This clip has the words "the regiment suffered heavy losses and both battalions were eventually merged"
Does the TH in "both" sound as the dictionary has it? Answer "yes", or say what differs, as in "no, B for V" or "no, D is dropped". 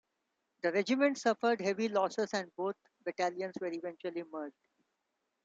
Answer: no, T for TH